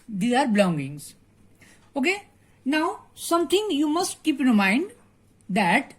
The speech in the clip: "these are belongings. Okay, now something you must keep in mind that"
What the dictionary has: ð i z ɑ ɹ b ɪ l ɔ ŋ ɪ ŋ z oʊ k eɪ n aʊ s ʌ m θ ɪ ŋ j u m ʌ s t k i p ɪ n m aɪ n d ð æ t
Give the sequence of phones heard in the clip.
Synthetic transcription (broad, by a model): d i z ɑ ɹ b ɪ l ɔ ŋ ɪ ŋ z oʊ k eɪ n aʊ s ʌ m t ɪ ŋ j u m ʌ s t k i p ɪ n m aɪ n d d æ t